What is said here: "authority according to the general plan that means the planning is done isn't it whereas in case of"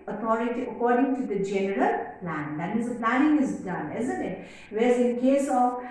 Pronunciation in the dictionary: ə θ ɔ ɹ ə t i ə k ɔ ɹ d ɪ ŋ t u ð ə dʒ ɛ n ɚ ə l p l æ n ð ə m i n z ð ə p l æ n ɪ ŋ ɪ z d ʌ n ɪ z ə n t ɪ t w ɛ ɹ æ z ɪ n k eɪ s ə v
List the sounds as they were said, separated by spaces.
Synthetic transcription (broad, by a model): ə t ɔ ɹ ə t i ə k ɔ ɹ d ɪ ŋ t u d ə dʒ ɛ n ɚ ə l p l æ n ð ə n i z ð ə p l æ n ɪ ŋ ɪ z d ʌ n ɪ z ə n t ɪ t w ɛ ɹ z ɪ n k eɪ s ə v